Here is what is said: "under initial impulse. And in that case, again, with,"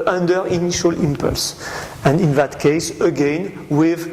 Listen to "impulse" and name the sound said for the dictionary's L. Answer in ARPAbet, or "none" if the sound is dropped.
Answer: L